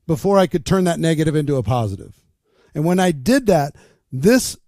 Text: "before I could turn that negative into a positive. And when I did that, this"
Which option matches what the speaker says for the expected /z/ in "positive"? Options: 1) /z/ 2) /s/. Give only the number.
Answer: 1